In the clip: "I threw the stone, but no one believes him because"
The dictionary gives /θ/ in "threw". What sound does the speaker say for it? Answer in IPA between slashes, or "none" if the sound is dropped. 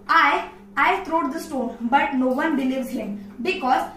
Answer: /t/